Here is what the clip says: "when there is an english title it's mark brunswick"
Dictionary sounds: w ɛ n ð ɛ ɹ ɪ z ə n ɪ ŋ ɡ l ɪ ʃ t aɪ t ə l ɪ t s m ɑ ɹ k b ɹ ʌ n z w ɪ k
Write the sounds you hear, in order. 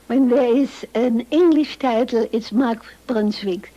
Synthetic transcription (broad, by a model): w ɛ n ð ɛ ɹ ɪ z ə n ɪ ŋ ɡ l ɪ ʃ t aɪ t l ɪ t s m ɑ ɹ k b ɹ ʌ n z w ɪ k